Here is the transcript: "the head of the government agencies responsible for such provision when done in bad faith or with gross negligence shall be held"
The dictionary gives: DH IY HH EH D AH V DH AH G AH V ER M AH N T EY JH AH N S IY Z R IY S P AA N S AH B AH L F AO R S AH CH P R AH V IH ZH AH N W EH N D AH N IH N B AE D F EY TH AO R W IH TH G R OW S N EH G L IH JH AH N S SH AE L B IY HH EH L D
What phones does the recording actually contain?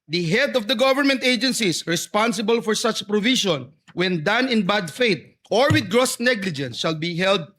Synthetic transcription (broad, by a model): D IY HH EH D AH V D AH G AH V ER M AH N T EY JH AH N S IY S R IY S P AA N S AH B AH L F AO R S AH CH P R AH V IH SH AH N W EH N D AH N IH N B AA D F EY T AO R W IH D G R OW S N EH G L IH JH AH N S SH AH L B IY HH EH L D